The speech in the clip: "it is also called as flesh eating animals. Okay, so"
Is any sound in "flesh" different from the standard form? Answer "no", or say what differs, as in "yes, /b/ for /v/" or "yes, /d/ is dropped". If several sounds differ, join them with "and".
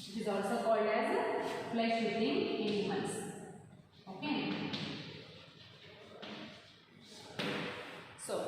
yes, /p/ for /f/ and /s/ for /ʃ/